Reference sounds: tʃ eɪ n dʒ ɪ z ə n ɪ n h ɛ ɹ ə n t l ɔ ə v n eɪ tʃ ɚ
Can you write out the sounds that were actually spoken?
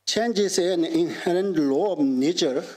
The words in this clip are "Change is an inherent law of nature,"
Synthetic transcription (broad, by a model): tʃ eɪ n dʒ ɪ s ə n ɪ n h ɛ ɹ ə n t l ɔ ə b n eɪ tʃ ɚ